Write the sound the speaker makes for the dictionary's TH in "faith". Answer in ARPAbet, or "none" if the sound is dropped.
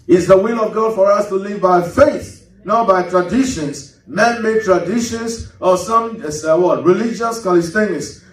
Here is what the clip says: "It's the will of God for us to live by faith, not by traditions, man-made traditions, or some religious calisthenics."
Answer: TH